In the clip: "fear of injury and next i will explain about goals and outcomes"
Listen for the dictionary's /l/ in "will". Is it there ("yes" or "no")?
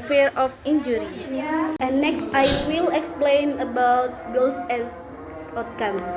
yes